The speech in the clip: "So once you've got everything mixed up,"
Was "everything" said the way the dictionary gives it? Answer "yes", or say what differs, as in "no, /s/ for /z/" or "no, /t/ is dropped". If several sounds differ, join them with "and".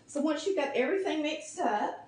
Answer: yes